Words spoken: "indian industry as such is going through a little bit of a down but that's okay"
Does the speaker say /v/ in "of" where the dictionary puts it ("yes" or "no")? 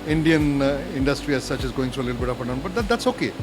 no